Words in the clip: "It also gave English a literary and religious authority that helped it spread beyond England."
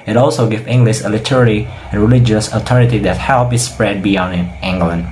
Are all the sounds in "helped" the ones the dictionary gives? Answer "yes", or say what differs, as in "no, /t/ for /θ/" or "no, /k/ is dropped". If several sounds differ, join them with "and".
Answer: no, /t/ is dropped